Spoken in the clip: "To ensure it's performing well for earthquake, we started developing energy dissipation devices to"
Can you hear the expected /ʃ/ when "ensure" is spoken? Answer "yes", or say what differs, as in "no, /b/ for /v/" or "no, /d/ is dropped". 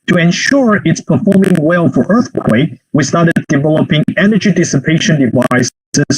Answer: yes